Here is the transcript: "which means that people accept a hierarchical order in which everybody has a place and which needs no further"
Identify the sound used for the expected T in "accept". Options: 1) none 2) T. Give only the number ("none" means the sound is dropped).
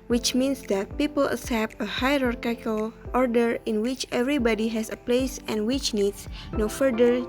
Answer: 1